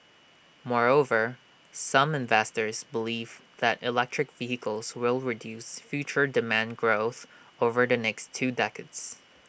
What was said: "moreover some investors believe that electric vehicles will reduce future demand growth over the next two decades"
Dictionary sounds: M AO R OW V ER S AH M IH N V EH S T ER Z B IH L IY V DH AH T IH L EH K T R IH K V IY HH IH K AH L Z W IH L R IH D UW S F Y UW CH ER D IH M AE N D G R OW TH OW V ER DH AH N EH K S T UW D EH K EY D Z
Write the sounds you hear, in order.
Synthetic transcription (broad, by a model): M AO R OW V ER S AH M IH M V EH S T ER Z B IH L IY V DH AH T IH L EH K T R IH K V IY HH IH K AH L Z W IH L R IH D UW S F Y UW CH ER D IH M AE N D G R OW TH OW V ER DH AH N EH K S T UW D EH K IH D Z